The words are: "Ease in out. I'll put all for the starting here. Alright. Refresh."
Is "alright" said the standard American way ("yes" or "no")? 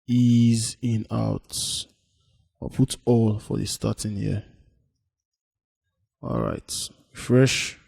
yes